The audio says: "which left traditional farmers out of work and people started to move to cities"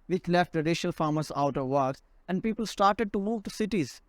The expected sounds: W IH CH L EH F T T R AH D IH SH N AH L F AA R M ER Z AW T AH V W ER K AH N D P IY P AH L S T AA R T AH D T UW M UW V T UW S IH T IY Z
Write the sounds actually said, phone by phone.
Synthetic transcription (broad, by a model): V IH CH L EH F T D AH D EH SH AH L F AA R M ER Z AW T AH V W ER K AH N D P IY P AH L S T AA R T AH D T UW M UW V T UW S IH T IY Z